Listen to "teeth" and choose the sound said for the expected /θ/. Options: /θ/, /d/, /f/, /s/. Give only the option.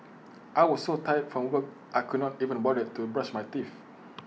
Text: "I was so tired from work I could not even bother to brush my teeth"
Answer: /f/